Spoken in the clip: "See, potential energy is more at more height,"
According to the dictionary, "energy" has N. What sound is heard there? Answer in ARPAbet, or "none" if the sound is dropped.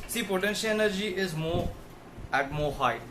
N